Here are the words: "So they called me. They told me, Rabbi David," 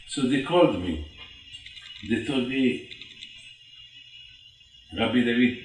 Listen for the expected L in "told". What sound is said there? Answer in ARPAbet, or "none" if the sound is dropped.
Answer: none